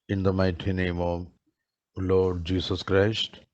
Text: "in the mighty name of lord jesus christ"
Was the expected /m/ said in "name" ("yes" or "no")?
yes